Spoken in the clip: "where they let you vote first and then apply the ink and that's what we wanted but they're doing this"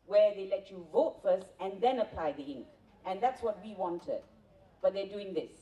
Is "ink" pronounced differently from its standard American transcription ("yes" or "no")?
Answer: no